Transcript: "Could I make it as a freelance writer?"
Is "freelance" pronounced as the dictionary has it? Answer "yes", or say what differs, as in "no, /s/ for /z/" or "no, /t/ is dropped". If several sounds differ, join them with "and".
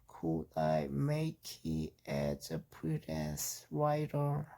no, /p/ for /f/